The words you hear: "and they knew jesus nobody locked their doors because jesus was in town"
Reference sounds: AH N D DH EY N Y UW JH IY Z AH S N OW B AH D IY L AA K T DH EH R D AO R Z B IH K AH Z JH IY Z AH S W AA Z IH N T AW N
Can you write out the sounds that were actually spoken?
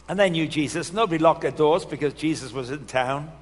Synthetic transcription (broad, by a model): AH N DH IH N Y UW JH IY Z AH S N OW B AH D IY L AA K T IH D AO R Z B IH K AH Z JH IY Z AH S W AA Z IH N T AW N